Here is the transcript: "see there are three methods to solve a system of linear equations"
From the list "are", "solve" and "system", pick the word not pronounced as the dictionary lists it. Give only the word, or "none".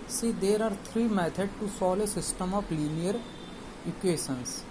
solve